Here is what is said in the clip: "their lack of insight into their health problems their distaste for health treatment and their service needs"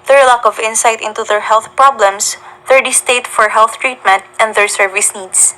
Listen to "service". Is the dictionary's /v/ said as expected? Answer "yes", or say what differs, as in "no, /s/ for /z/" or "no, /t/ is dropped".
yes